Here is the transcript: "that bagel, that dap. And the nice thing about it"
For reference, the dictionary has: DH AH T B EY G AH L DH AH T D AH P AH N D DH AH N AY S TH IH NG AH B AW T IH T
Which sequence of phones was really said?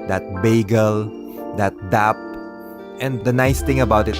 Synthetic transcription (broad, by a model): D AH T B EY G AH L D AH T D AH P AH N D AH N AY S T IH NG AH B AW T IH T